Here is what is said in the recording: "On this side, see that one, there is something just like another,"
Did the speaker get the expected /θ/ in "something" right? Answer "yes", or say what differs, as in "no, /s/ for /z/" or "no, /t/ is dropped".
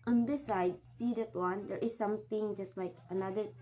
no, /t/ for /θ/